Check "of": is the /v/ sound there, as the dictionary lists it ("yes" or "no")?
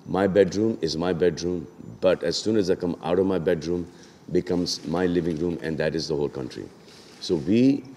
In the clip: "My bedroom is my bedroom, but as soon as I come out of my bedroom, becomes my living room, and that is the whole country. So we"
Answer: yes